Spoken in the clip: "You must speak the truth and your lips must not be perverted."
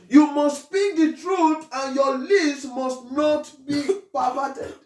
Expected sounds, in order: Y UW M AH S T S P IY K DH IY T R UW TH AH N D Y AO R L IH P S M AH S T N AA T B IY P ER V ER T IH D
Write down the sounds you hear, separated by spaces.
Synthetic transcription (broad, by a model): Y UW M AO S T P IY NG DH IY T R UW T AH N Y AO L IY S M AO S T N AA T B IY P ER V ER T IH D